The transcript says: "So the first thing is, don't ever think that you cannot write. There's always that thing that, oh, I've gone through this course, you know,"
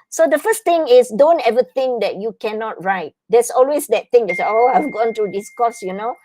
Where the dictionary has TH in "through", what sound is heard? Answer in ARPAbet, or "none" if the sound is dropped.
T